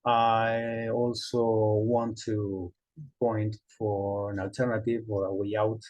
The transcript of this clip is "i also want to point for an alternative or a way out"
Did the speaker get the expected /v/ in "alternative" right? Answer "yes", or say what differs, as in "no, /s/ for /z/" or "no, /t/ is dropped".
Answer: yes